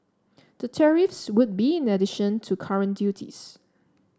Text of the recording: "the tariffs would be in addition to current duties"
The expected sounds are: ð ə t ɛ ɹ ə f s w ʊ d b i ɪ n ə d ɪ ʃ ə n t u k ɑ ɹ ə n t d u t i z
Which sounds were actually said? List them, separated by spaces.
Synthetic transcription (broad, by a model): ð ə t ɛ ɹ ə f s w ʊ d b i ɪ n ə d ɪ ʃ ə n t u k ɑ ɹ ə n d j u t i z